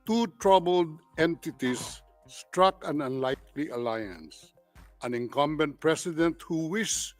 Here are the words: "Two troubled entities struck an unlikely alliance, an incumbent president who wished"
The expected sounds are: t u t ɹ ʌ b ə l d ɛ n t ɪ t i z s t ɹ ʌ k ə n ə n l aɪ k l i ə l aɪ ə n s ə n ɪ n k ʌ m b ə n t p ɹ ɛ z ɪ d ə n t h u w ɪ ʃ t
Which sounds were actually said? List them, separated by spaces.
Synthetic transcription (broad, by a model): t u t ɹ ʌ b ə l d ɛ n t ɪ t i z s t ɹ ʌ k ə n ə n l aɪ k l i ə l aɪ ə n s ə n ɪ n k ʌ m b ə n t p ɹ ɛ s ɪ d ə n t h u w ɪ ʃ